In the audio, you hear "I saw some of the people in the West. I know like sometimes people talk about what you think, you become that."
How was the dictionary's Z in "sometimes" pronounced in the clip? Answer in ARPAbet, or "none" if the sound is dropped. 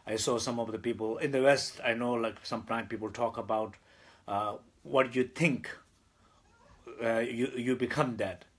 none